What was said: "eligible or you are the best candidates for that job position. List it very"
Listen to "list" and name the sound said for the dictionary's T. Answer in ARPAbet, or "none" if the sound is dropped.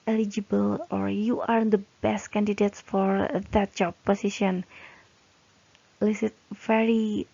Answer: none